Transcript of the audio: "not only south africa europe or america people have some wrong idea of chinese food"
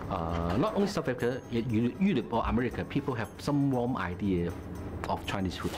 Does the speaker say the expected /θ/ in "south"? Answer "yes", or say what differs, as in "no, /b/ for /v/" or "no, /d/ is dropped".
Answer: no, /f/ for /θ/